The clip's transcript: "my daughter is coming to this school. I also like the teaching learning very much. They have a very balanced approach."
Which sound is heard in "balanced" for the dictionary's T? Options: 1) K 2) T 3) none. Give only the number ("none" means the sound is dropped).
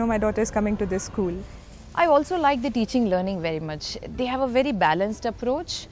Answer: 2